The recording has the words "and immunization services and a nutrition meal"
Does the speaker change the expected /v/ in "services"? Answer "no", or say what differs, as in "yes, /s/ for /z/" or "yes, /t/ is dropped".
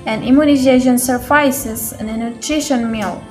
yes, /f/ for /v/